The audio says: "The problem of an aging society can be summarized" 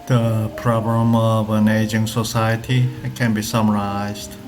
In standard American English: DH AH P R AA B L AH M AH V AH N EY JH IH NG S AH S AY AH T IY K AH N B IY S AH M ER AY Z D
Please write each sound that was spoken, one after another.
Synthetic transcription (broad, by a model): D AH P R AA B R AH M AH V AH N EY JH IH NG S AH S AY AH T IY K AH N B IY S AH M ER AY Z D